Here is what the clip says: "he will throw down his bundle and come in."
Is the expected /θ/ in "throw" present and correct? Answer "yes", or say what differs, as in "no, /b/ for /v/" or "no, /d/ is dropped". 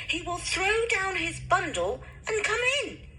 yes